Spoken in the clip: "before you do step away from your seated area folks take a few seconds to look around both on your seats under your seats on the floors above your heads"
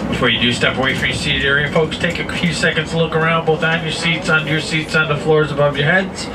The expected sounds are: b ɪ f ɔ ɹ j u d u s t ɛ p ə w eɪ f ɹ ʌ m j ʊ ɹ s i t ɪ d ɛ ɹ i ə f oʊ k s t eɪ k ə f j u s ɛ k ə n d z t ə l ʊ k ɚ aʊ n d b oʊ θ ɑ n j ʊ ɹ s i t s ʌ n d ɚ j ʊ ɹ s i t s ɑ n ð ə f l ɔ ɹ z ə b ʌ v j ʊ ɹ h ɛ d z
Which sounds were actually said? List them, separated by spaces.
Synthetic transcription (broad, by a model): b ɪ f ɔ ɹ j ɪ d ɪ s t ɛ p ə w eɪ f ɹ ʌ m j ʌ ɹ s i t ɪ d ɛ ɹ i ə f oʊ k s t eɪ k ə f j u s ɛ k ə n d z t ə l ʊ k ɚ aʊ n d b oʊ θ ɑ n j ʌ ɹ s i t s n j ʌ ɹ s i t s n ð ə f l ɔ ɹ z ə b ʌ v j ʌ ɹ h ɛ d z